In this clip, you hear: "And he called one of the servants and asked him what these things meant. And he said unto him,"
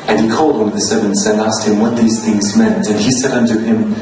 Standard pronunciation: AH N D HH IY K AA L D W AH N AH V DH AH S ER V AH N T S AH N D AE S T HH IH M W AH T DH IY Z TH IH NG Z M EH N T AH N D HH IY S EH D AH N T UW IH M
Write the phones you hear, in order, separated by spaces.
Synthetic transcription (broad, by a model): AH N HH IY K AA L D W AH N AH V DH AH S ER V AH N T S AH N AE S T HH IH M W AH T DH IY Z TH IH NG Z M EH N T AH N IY S EH D AH N T UW IH M